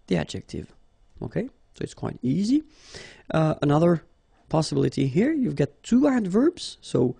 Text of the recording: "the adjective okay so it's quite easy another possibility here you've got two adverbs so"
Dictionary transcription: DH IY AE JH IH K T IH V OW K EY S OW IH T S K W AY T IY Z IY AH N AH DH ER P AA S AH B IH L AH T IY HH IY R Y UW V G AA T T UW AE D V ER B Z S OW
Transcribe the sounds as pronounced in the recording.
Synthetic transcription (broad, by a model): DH IY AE JH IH K T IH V OW K EY S OW IH T S K W AY T IY Z IY AH N AH DH ER P AA S AH B IH L AH T IY HH IY R Y UW V G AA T T UW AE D V ER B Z S OW